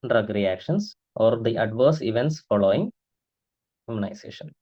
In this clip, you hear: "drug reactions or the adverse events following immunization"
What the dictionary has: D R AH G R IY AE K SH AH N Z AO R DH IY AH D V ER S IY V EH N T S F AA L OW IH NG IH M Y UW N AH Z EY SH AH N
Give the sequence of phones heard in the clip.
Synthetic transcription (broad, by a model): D R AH G R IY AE K SH AH N S AO R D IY AH D V ER S IY V EH N T S F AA L OW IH NG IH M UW N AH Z EY SH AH N